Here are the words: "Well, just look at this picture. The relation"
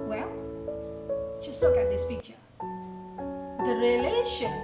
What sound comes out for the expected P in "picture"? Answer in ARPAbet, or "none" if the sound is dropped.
F